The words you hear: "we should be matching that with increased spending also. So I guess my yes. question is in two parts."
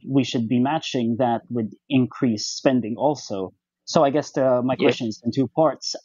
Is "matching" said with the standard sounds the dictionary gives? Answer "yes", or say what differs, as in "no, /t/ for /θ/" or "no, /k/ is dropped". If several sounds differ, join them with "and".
yes